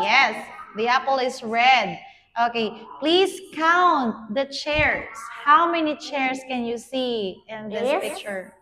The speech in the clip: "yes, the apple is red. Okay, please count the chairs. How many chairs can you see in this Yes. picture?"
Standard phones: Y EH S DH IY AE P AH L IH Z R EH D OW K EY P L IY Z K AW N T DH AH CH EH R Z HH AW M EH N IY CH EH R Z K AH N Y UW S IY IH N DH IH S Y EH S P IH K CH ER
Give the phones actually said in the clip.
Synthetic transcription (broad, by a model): Y EH S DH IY AE P AH L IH S R EH D OW K EY P L IY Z K AW N T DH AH CH EH R S HH AW M EH N IY CH EH R S K AH N Y UW S IY IH N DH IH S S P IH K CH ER